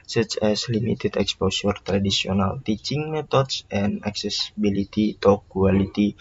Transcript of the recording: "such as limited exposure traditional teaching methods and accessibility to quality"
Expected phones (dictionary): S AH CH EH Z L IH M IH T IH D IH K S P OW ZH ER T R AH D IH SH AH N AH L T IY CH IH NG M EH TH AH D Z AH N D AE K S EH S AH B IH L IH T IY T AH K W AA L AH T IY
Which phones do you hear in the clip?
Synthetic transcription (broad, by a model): S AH CH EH S L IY M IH T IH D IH K S P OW S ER T R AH D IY S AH N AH L T IY CH IH NG M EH T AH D S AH N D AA K S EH S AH B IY L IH T IY T AH K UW AA L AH T IY